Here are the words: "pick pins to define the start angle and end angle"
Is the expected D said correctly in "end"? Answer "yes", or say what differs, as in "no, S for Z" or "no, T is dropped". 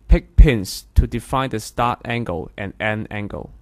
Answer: no, D is dropped